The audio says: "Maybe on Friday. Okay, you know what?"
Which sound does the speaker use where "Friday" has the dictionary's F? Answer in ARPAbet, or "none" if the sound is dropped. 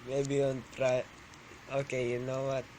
P